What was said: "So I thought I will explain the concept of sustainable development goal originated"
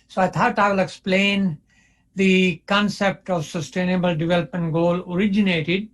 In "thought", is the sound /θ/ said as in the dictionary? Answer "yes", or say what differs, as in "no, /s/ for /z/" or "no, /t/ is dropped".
no, /t/ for /θ/